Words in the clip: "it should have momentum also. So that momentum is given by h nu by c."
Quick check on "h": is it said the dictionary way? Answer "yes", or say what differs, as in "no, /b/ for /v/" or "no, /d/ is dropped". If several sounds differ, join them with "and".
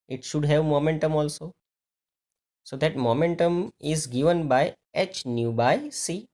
yes